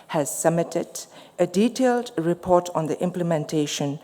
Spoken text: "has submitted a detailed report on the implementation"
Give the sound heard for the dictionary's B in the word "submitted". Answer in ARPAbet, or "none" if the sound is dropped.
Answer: none